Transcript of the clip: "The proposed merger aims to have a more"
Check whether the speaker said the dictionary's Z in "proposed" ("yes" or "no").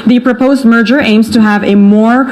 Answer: yes